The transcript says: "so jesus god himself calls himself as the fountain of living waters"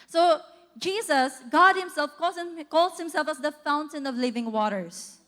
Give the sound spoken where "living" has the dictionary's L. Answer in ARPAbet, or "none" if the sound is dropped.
L